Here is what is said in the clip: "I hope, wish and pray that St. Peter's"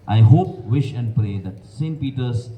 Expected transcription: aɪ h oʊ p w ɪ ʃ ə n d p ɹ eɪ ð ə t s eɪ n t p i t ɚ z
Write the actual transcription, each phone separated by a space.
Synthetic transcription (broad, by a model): aɪ h oʊ p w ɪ ʃ ə n d p ɹ eɪ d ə t s eɪ n t p i t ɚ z